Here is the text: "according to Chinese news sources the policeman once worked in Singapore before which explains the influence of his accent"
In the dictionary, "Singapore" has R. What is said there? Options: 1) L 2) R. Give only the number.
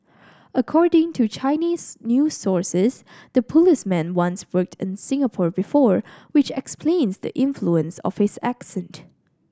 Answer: 2